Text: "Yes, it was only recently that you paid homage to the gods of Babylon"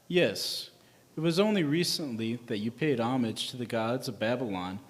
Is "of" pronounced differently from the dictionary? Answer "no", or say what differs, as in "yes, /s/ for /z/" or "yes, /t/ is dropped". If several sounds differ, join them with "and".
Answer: no